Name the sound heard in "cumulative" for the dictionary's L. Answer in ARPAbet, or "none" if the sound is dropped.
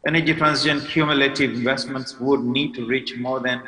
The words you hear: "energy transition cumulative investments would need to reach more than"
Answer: L